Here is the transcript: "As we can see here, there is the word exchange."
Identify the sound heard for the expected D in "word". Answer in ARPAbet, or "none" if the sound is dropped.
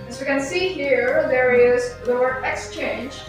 none